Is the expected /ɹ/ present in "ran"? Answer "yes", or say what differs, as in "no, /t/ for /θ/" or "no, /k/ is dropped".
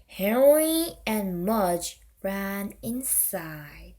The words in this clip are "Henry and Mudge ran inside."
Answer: yes